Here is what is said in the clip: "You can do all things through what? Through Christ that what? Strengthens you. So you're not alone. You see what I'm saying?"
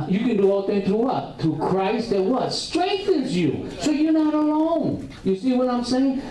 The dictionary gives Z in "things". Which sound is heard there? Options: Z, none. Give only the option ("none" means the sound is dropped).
none